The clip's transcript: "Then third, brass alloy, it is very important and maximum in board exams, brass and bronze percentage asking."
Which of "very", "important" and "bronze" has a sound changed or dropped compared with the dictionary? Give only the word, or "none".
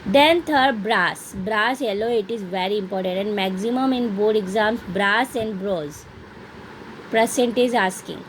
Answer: bronze